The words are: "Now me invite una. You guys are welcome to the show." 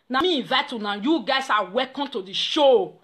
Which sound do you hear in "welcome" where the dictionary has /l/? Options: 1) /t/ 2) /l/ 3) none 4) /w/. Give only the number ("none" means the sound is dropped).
3